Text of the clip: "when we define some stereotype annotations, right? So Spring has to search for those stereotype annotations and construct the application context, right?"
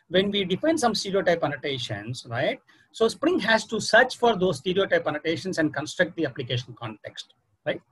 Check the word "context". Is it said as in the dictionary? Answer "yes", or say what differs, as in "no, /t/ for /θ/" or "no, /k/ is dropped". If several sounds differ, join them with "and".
yes